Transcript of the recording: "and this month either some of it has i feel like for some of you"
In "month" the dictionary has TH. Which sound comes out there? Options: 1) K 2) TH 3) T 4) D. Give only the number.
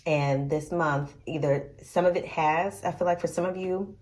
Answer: 2